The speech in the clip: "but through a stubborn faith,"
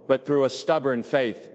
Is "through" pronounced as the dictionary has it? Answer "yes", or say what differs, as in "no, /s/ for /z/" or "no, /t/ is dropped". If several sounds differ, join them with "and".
yes